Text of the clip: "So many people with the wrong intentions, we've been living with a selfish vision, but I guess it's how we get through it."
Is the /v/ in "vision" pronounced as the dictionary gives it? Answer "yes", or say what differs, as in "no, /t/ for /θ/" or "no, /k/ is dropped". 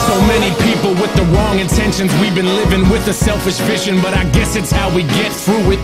no, /f/ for /v/